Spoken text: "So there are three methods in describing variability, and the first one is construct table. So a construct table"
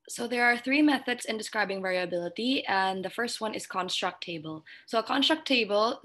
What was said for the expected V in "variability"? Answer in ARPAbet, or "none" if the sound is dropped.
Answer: V